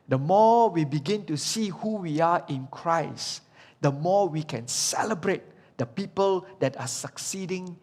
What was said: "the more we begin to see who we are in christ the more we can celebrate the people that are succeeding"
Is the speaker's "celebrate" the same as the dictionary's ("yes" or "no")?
yes